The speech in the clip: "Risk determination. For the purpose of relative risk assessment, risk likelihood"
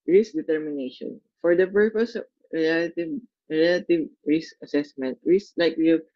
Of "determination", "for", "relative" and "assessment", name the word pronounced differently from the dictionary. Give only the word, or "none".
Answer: none